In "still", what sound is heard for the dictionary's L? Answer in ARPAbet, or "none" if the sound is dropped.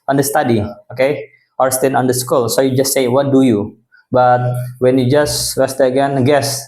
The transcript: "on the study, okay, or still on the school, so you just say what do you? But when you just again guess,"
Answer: N